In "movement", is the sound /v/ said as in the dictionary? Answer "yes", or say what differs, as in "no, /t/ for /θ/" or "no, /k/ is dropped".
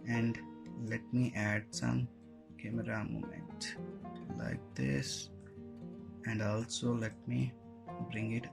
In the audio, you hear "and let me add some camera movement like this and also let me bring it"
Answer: no, /v/ is dropped